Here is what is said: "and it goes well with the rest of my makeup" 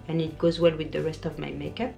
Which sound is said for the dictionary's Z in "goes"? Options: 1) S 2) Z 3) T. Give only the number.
2